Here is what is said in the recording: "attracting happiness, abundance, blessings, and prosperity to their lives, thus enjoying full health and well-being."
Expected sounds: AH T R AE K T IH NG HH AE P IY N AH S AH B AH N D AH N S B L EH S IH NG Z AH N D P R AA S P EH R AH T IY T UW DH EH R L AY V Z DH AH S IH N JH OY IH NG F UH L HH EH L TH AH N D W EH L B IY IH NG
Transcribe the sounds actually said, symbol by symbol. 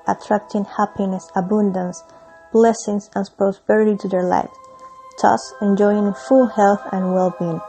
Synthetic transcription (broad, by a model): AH T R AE K T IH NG HH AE P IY N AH S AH B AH N D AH N S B L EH S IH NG S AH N P R AA S P EH R AH T IY T UW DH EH R L AY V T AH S IH N JH OY IH NG F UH L HH EH L TH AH N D W EH L B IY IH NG